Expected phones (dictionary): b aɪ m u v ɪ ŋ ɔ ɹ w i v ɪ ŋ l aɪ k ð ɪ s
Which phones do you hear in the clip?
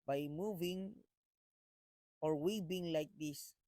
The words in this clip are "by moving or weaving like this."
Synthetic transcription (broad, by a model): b aɪ m u v ɪ ŋ ɔ ɹ w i b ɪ ŋ l aɪ k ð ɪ s